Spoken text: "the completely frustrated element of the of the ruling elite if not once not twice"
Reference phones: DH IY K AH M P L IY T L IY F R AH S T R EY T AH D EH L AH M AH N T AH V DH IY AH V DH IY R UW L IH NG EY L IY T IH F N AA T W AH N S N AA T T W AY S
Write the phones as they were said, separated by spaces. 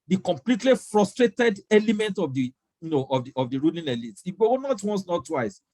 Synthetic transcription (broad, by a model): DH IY K AH M P L IY T L IY F R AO S T R EY T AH D EH L AH M AH N T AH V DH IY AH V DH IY R UW L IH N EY L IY T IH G N AA T W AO N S N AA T T W AY S